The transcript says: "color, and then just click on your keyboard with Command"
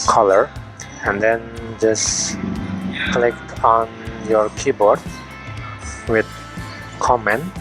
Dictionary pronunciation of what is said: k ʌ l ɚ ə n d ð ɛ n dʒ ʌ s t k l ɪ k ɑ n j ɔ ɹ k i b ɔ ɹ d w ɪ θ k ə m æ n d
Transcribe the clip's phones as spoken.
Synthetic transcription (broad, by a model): k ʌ l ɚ ə n d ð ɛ n dʒ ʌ s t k l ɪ k ɑ n j ɔ ɹ k i b ɔ ɹ d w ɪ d k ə m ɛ n